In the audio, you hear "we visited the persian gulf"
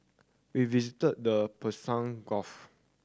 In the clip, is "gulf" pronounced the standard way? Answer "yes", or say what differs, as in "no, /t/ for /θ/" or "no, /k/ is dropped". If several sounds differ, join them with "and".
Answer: no, /l/ is dropped